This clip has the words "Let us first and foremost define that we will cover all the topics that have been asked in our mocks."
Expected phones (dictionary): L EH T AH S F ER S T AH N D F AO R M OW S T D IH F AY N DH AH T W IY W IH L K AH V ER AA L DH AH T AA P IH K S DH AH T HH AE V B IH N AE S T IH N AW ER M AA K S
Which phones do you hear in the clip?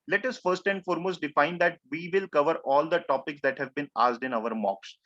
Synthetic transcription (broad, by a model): L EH T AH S F ER S T AH N D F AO R M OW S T D IH F AY N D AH T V IY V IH L K AH V ER AA L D AH T AA P IH K S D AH T HH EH V B IH N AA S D IH N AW ER M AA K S